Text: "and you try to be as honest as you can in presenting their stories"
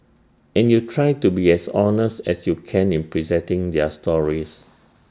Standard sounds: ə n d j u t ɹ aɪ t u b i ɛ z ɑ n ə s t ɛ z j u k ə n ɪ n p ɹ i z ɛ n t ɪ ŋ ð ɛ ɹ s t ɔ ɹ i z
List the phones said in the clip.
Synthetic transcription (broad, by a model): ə n j u t ɹ aɪ t u b i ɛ s ɑ n ə s t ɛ s j u k ə n ɪ n p ɹ i z ɛ n t ɪ ŋ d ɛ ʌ s t ɔ ɹ i s